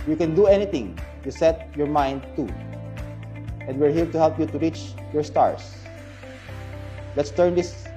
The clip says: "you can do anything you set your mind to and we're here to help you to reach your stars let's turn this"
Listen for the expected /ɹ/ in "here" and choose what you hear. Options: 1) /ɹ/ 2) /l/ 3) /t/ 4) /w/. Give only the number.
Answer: 2